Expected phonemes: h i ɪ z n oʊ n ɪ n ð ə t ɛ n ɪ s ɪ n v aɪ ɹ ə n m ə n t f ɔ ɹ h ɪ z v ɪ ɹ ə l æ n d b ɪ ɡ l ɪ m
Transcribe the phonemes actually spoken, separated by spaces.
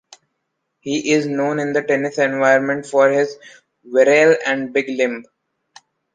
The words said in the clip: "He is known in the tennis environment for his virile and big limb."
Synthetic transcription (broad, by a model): h i ɪ z n oʊ n ɪ n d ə t ɛ n ɪ s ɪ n v aɪ ə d m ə n t f ɔ ɹ h ɪ z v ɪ ɹ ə l æ n d b ɪ ɡ l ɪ m